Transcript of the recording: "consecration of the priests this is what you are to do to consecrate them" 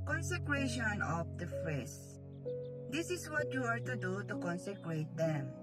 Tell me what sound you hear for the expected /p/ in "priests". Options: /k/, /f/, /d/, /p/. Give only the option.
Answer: /f/